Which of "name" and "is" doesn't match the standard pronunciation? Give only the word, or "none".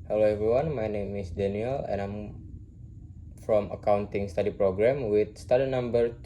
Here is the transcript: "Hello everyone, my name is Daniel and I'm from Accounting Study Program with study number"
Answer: is